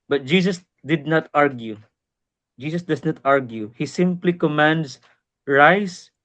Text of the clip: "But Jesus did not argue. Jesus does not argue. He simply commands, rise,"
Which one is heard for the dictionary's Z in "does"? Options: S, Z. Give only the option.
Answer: S